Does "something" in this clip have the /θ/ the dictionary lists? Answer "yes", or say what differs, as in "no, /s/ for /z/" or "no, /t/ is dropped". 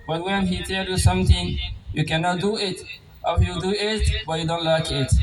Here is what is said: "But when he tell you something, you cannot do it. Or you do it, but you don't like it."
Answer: no, /t/ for /θ/